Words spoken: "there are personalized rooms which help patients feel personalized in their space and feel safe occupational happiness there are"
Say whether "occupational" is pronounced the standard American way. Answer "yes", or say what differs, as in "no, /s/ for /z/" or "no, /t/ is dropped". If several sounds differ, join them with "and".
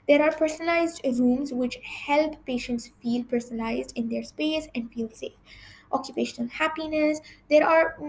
yes